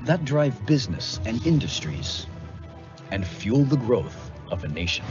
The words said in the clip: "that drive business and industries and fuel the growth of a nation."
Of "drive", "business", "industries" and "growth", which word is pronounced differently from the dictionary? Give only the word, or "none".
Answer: none